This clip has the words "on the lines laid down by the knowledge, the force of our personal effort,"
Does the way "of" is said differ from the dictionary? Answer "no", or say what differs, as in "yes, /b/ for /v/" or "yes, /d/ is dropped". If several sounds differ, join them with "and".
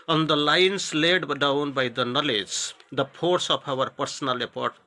yes, /p/ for /v/